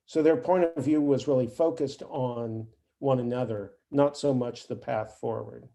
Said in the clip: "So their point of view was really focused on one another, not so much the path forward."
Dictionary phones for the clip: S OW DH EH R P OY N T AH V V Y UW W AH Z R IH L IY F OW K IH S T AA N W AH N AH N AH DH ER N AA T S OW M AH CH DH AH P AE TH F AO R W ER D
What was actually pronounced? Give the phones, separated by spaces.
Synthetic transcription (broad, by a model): S OW DH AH R P OY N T AH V V Y UW W AH Z R IH L IY F OW K IH S T N W AH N AH N AH DH ER N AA T S OW M AH CH DH AH P AE TH F AO R W ER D